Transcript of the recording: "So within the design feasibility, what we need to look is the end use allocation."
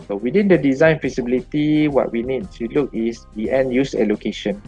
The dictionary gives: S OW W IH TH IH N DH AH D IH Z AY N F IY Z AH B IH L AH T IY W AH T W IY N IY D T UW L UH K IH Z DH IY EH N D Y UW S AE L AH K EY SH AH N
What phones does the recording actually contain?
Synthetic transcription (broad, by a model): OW W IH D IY N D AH D IH Z AY N F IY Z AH B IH L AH T IY W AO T W IY N IY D S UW L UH K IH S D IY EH N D Y UW S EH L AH K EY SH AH N